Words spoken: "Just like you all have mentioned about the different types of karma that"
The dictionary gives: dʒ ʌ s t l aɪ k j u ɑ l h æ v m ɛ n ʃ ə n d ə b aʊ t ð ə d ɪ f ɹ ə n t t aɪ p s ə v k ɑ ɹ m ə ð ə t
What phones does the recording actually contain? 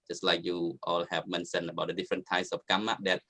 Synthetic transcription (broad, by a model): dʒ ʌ s t l aɪ k j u ɑ l h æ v m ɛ n s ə n ə b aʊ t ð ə d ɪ f ɹ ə n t t aɪ s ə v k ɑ m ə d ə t